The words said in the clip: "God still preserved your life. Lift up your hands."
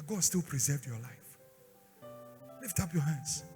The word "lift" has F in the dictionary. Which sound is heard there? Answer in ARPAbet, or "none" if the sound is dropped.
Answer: F